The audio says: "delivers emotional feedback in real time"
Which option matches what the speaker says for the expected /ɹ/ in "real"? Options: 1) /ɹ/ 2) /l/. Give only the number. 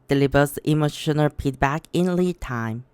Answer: 2